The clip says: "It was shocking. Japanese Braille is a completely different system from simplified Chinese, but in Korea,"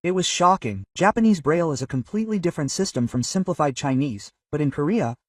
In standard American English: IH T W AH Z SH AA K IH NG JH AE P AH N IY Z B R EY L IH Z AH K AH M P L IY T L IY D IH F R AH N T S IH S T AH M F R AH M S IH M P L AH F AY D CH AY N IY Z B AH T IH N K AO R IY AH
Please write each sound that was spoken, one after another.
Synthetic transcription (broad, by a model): IH T W AH Z SH AA K IH NG JH AE P AH N IY Z B R EY L IH Z AH K AH M P L IY T L IY D IH F R AH N T S IH S T AH M F R AH M S IH M P L AH F AY D CH AY N IY Z B AH T IH N K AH R IY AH